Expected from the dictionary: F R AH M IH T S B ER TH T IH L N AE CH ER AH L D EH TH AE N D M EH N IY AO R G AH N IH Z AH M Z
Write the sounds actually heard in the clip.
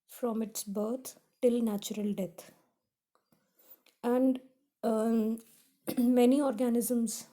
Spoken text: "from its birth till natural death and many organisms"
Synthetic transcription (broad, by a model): F R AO M IH T S B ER T T IH L N AE CH ER AH L D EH T AE N D M EH N IY AO R G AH N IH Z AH M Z